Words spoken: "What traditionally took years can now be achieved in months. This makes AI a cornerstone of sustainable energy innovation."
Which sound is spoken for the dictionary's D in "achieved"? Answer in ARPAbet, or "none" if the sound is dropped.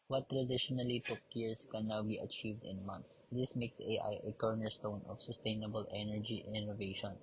D